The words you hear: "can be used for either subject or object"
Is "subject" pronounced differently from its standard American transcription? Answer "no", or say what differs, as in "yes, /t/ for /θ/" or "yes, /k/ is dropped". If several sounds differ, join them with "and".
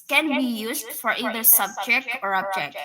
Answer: no